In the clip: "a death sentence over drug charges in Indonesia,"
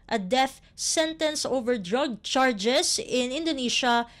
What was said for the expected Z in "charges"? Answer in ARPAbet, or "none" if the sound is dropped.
S